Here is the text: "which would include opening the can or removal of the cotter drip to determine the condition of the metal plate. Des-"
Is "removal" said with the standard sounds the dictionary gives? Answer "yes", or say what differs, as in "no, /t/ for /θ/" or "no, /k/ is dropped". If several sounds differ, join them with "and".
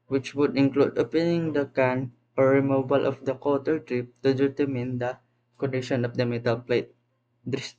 no, /b/ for /v/